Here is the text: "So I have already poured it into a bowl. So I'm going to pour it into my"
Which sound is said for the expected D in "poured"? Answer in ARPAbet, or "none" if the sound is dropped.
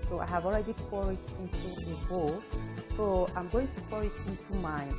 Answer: none